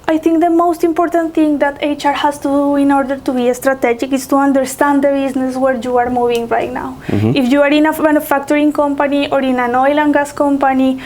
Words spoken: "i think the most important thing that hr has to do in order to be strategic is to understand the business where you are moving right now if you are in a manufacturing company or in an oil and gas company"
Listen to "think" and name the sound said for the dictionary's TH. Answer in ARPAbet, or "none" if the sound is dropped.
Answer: T